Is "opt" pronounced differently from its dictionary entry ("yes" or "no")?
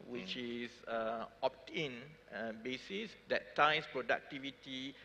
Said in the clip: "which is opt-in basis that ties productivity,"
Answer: no